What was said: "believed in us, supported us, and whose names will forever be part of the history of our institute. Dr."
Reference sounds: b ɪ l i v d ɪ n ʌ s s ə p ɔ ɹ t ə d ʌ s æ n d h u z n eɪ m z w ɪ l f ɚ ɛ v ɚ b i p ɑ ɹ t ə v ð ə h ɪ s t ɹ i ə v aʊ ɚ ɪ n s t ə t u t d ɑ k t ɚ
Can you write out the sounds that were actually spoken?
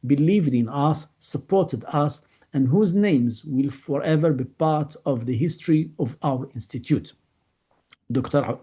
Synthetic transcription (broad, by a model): b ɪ l i v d ɪ n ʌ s s ə p ɔ ɹ t ə d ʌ s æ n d h u z n eɪ m z w ɪ l f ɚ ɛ v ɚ b i p ɑ ɹ t ə v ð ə h ɪ s t ɹ i ə v aʊ ɚ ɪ n s t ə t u t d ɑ k t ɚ